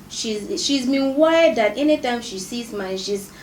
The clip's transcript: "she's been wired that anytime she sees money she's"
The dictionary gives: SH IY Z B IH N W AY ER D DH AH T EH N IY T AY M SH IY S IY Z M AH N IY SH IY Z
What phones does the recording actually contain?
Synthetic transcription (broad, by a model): SH IY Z B IH N W AY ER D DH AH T EH N IY T AY M SH IY S IY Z M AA IY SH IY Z